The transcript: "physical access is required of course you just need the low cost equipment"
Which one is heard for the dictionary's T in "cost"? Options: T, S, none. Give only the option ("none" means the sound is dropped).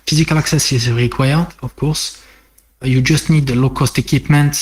T